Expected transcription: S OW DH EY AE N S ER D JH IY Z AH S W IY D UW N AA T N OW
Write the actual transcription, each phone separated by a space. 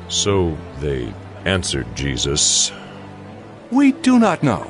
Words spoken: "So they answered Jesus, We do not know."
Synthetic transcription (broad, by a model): S OW DH EY AE N S ER D JH IY Z AH S W IY D UW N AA T N OW